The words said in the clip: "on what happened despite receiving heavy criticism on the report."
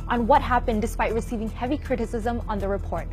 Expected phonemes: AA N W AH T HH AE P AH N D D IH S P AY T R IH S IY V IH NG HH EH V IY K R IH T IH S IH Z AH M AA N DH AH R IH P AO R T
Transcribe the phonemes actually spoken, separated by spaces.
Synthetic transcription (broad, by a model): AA N W AH T HH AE P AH N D D IH S P AY T R IH S IY V IH NG HH EH V IY K R IH T IH S IH Z AH M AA N DH AH R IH P AO R T